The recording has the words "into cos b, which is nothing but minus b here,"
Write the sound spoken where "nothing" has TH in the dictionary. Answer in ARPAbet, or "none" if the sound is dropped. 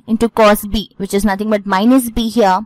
T